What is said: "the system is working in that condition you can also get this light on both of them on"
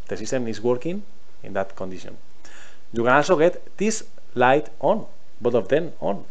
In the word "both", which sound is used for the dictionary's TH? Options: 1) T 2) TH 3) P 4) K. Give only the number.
1